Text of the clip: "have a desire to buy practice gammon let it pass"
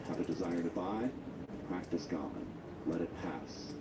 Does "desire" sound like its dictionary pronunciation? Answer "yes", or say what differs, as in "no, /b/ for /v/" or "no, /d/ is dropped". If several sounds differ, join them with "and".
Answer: yes